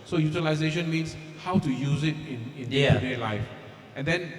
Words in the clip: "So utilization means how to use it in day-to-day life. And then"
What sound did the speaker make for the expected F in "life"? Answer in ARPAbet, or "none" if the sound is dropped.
F